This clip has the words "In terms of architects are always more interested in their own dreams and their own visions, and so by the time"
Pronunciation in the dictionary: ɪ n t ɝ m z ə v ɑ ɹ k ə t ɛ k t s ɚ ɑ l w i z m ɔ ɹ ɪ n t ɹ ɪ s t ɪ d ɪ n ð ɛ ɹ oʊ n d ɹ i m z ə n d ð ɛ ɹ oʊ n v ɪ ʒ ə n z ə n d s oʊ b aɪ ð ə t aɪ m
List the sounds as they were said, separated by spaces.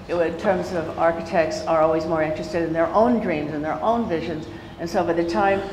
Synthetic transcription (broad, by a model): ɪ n t ɝ m z ə v ɑ ɹ k ə t ɛ k t s ɚ ɑ l w i z m ɔ ɹ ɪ n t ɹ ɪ s t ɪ d ɪ n ð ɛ ɹ oʊ n d ɹ i m z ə n ð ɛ ɹ oʊ n v ɪ ʒ ə n z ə n s oʊ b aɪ ð ə t aɪ m